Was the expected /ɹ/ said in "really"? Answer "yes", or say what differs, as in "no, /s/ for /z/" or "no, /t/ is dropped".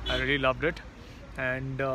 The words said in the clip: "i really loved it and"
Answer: yes